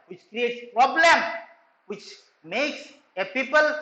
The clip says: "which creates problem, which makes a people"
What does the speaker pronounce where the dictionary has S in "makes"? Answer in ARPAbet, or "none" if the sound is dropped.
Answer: S